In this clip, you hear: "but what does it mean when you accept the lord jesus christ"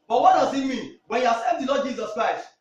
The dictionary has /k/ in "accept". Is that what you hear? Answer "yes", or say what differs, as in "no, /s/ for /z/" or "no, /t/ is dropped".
no, /k/ is dropped